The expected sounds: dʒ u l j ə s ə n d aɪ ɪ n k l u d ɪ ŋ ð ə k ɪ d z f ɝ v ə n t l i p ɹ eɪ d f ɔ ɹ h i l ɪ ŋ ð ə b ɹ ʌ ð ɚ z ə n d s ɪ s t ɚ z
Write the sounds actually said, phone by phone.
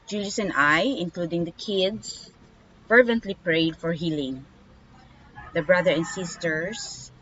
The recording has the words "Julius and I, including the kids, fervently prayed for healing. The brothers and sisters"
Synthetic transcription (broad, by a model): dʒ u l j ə s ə n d aɪ ɪ n k l u d ɪ ŋ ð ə k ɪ d s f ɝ v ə n t l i p ɹ eɪ d f ɔ ɹ h i l ɪ ŋ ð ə b ɹ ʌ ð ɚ ə n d s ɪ s t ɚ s